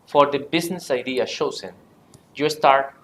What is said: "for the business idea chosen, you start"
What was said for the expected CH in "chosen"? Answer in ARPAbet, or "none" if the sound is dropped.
SH